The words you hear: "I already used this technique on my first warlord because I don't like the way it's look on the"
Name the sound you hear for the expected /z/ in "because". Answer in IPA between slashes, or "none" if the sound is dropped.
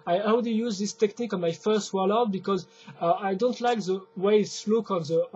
/z/